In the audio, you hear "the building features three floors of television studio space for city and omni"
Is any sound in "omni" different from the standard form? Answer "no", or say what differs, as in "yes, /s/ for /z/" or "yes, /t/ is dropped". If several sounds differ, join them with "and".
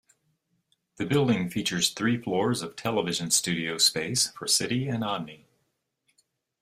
yes, /m/ is dropped